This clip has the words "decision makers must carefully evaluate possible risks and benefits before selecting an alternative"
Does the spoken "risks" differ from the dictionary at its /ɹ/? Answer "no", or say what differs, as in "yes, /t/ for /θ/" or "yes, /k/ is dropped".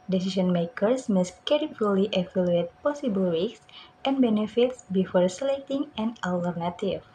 yes, /w/ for /ɹ/